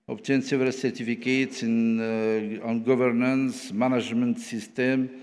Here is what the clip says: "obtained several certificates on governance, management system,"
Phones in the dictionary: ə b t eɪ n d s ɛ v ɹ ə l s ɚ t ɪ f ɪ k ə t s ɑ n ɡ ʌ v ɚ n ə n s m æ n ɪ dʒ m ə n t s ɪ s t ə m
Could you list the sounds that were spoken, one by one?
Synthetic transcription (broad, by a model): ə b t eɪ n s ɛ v ə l s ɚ t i f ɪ k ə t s ɑ n ɡ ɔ v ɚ n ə n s m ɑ n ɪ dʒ m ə n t s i s t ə m